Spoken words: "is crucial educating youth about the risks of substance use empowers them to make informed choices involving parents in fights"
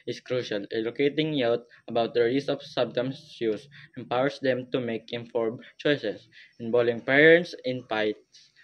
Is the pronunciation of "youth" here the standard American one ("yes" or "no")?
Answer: no